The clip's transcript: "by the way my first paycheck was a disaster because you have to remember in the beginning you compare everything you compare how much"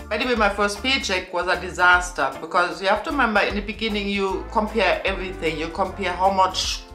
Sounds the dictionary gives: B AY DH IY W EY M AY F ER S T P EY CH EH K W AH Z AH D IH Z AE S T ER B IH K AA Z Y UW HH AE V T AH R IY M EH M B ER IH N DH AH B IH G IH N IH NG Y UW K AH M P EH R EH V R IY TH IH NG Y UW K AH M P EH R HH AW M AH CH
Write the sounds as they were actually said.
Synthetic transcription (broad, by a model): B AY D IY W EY M AY F ER S T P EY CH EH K W AH Z AH D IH Z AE S T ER B IH K AA Z Y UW HH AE F T AH R IY M EH M B ER IH N DH AH B IH G IH N IH NG Y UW K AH M P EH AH EH V R IY TH IH NG Y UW K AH M P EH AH HH AW M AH CH